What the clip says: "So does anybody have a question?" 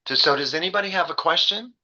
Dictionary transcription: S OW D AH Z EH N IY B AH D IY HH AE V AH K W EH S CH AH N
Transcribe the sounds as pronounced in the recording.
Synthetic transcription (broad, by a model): S OW D AH Z EH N IY B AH D IY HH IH V AH K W EH S CH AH N